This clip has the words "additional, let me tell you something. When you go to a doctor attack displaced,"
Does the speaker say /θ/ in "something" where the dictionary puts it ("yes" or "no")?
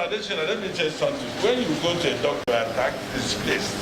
no